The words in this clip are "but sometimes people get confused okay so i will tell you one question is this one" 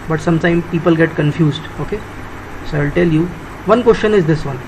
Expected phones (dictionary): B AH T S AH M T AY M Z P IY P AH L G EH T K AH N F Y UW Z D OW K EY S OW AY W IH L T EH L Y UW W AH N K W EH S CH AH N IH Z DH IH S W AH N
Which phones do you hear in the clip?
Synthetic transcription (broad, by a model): B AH T S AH M T AY M P IY P AH L G EH T K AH N F Y UW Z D OW K EY S OW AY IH L T EH L Y UW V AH N K W EH S CH AH N IH Z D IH S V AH N